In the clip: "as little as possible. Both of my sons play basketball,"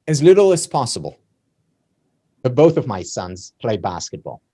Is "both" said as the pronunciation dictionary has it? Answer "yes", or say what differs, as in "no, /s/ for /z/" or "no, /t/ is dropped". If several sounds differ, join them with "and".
yes